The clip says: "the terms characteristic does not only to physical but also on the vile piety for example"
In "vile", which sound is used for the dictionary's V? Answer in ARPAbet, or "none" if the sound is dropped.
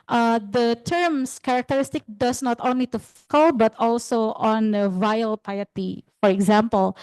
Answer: V